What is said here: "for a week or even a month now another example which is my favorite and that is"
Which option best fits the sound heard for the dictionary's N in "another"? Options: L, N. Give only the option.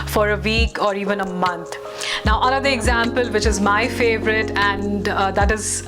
L